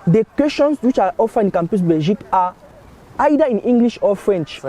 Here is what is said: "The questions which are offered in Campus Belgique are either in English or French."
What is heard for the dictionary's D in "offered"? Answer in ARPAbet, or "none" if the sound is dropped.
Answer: none